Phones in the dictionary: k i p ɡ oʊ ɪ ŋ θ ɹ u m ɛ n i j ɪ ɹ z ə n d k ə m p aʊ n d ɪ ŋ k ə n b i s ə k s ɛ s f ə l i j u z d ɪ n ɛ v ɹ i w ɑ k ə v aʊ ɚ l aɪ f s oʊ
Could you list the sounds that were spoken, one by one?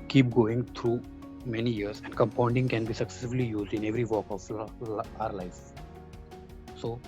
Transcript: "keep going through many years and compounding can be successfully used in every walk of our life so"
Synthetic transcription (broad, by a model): k i p ɡ oʊ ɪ ŋ t ɹ u m ɛ n i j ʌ ɹ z ə n d k ə m p aʊ n d ɪ ŋ k ə n b i s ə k s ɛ s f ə l i j u z d ɪ n ɛ v ɹ i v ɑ k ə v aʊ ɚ l aɪ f s oʊ